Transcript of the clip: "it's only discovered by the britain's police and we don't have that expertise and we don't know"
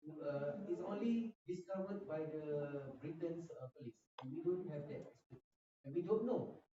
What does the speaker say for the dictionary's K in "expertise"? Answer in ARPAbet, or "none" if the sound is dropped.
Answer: none